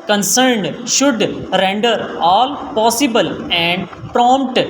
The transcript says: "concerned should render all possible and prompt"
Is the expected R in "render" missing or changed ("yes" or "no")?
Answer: no